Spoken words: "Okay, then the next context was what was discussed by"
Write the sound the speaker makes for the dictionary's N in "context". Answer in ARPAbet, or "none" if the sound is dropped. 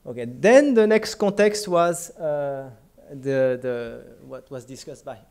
N